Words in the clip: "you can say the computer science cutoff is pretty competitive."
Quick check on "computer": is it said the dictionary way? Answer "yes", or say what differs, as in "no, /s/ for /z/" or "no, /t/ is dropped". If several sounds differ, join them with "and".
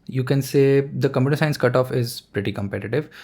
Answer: no, /p/ is dropped